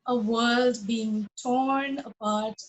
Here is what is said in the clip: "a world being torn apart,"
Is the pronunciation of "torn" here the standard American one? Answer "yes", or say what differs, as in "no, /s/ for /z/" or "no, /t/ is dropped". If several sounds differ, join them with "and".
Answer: yes